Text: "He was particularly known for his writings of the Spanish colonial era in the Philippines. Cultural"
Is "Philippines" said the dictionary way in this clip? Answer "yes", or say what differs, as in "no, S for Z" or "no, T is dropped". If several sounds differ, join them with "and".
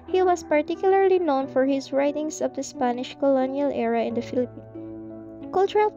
no, Z is dropped